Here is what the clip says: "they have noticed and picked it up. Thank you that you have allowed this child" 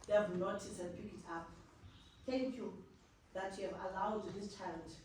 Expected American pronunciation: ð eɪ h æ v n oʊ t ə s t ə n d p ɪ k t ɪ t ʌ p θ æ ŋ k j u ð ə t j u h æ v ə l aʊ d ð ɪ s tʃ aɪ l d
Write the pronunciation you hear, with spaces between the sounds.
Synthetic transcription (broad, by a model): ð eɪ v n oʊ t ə t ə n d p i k ɪ t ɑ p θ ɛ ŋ k j u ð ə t j u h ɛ v ə l aʊ d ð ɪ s tʃ aɪ l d